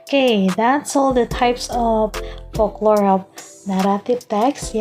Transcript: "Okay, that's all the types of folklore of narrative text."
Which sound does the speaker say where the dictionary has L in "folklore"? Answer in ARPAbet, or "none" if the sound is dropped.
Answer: L